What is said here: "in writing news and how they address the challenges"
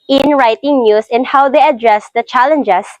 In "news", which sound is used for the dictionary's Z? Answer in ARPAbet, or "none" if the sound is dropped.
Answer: S